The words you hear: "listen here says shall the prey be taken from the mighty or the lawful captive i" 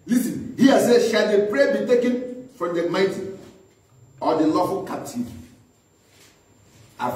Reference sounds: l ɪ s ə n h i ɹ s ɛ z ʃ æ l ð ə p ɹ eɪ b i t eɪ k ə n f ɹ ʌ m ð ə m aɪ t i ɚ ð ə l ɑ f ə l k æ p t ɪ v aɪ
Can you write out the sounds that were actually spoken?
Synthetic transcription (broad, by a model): l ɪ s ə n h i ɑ s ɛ ʃ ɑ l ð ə p ɹ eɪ b i t eɪ k ə n f ɹ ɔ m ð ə m aɪ t i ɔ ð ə l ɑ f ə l k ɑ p t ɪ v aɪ